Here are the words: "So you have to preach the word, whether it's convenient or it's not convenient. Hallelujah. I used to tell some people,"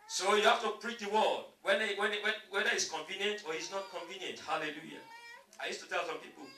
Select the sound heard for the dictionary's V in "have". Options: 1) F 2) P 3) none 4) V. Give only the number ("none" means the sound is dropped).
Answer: 1